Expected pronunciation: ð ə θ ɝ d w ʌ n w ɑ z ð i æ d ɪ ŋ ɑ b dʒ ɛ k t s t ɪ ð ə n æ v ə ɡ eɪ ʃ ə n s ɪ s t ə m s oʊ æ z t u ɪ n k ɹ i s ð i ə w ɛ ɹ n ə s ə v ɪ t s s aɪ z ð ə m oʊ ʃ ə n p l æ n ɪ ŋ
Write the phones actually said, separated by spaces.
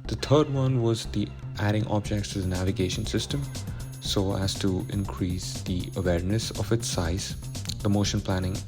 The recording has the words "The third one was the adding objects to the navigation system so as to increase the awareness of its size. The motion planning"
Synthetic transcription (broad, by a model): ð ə t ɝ d w ʌ n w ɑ z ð i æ d ɪ ŋ ɑ b dʒ ɛ k t s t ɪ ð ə n æ v ə ɡ eɪ ʃ ə n s ɪ s t ə m s oʊ æ z t u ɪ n k ɹ i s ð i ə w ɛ ɹ n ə s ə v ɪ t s s aɪ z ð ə m oʊ ʃ ə n p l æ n ɪ ŋ